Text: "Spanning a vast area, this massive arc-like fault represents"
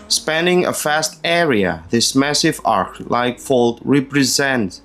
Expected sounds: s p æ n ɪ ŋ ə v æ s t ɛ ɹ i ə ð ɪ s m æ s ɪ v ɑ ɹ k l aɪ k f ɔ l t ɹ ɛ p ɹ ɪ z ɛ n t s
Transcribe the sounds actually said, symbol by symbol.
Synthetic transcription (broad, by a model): s p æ n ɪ ŋ ə f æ s t ɛ ɹ i ə ð ɪ s m æ s ɪ v ɑ ɹ k l aɪ k f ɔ l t ɹ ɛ p ɹ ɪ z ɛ n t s